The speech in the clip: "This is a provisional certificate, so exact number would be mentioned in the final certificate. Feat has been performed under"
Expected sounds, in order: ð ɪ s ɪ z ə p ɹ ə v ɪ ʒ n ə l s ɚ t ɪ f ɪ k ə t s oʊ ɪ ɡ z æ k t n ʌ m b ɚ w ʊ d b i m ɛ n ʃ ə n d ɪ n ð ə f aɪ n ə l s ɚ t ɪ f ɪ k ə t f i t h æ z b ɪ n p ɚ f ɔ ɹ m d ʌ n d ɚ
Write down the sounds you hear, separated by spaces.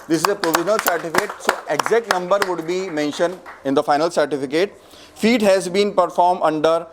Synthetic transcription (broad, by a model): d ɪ s ɪ z ə p ɹ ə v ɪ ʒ n ə l s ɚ t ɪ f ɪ t s oʊ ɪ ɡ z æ k t n ʌ m b ɚ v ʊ d b i m ɛ n ʃ ə n d ɪ n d ə f aɪ n ə l s ɚ t ɪ f ɪ k ə t f i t h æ z b ɪ n p ɚ f ɔ ɹ m d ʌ n d ɚ